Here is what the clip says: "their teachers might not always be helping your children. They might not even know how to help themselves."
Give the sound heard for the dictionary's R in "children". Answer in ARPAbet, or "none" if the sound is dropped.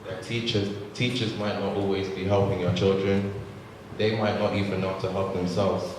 R